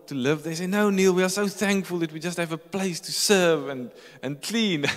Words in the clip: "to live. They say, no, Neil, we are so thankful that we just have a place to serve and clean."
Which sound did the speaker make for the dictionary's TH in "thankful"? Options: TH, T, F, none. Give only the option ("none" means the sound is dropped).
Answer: TH